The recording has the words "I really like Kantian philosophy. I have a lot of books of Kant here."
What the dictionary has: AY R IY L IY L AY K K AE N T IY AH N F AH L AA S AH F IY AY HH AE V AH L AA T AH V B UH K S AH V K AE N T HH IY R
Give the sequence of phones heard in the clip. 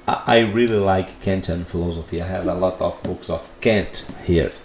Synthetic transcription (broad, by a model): AY R IY L IY L AY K K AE N T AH N F AH L AA S AH F IY AY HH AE V AH L AA T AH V B UH K S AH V K AE N T HH IY R